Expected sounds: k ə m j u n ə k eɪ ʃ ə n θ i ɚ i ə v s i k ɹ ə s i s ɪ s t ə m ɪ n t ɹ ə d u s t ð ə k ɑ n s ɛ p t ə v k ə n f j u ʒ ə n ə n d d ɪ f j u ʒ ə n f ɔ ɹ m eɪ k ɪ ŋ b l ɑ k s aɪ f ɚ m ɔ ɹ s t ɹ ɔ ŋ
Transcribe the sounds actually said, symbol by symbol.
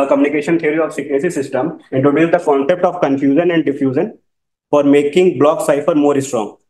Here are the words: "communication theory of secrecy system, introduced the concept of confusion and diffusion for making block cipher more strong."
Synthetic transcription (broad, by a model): k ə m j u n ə k eɪ ʃ ə n t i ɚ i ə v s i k ə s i s ɪ s t ə m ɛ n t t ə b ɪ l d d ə k ɑ n s ɛ p t ə v k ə n f j u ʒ ə n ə n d d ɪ f j u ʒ ə n f ɔ ɹ m eɪ k ɪ ŋ b l ɑ k s aɪ f ɚ m ɔ ɹ s t ɹ ɔ ŋ